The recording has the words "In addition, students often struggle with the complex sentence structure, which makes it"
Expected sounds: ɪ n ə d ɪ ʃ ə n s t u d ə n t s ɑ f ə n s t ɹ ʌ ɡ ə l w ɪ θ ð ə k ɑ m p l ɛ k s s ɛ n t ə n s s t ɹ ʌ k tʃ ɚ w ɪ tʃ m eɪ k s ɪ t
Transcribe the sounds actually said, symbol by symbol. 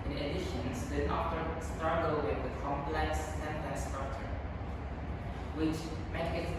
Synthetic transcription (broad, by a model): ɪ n ə d ɪ ʃ ə n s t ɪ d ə t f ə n s t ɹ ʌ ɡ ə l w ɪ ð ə k ɑ m p l ɛ k s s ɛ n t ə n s s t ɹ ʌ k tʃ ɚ w ɪ tʃ m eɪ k ɪ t